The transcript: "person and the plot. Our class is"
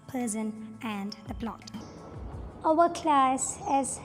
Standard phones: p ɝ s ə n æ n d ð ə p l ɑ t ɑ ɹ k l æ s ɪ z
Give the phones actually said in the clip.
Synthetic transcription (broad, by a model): p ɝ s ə n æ n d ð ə p l ɑ t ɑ w k l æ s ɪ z